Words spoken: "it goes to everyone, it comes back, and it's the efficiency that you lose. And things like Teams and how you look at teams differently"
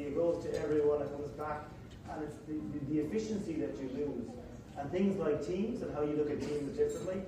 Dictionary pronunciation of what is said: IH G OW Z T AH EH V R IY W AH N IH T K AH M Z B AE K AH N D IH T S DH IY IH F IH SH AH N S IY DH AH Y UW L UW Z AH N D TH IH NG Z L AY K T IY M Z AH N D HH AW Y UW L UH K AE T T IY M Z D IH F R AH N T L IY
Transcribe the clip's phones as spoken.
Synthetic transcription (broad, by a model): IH G OW Z T AH EH V R IY W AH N IH T K AH M Z B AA K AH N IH T S DH IY IH F IH SH AH N S IY DH AH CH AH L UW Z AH N TH IH NG Z L AY K T IY M Z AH N HH AW Y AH L UH K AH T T IY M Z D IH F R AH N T L IY